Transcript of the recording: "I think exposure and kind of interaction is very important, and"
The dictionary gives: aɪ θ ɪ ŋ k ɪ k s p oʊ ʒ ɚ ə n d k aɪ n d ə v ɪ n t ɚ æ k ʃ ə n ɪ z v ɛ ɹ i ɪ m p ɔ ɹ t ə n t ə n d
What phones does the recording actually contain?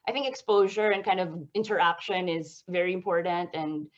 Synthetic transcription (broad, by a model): aɪ θ ɪ ŋ k ɪ k s p oʊ ʒ ɚ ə n k aɪ n d ə v ɪ n t ɚ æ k ʃ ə n ɪ z v ɛ ɹ i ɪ m p ɔ ɹ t n t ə n